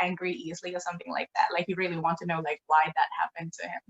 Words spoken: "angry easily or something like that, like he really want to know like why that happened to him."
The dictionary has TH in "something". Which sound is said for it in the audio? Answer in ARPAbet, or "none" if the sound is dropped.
TH